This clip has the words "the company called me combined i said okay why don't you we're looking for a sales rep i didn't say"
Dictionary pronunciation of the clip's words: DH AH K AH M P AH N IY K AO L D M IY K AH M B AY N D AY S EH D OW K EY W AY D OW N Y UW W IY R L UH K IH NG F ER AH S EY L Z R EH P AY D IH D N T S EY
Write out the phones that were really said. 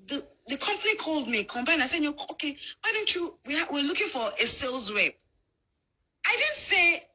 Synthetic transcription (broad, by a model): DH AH K AH M P AH N IY K AO L D M IY K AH M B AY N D AY S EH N OW K EY W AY D OW N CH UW W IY W L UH K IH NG F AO AH S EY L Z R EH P AY D IH D N T S EY